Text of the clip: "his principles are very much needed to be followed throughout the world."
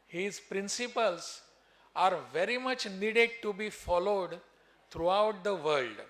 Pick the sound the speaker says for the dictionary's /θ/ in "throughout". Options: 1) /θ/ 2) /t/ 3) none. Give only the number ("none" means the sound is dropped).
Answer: 2